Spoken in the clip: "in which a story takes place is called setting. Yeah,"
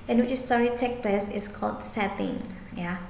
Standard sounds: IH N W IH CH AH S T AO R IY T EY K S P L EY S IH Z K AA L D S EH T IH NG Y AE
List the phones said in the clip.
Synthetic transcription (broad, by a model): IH N W IH CH AH S T AO R IY T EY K P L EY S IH S K AA L D S EH T IH NG Y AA